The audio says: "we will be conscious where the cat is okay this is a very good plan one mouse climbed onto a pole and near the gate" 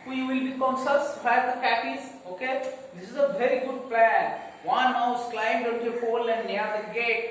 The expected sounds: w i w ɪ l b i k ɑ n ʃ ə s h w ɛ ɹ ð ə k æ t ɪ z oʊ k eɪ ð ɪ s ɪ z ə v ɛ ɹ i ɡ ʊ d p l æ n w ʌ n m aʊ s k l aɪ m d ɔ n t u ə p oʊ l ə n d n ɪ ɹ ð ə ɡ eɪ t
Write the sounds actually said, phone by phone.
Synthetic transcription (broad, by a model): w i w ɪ l b i k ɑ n s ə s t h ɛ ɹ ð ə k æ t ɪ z oʊ k eɪ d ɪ s ɪ z ə v ɛ ɹ i ɡ ʊ d p l æ n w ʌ n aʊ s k l aɪ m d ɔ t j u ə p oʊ l ə n d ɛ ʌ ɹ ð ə ɡ eɪ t